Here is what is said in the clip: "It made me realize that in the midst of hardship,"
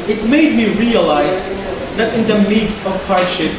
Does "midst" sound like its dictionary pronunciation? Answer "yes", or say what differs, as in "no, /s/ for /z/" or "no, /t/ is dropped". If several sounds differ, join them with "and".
no, /t/ is dropped